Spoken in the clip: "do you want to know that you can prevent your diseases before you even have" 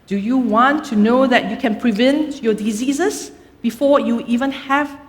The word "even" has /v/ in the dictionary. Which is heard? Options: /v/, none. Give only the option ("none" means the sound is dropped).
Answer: /v/